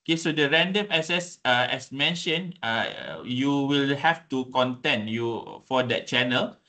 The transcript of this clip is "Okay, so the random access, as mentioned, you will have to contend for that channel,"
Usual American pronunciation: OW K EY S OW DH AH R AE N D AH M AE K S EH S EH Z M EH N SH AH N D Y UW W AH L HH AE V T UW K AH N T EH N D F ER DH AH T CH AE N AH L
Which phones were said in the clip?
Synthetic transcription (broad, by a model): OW K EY S OW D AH R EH N D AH M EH S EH S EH S M EH N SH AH N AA Y UW W AH L HH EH F T UW K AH N T EH N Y F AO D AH T CH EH N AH L